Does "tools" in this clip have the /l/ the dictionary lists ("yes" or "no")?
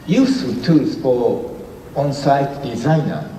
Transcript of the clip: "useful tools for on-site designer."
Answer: no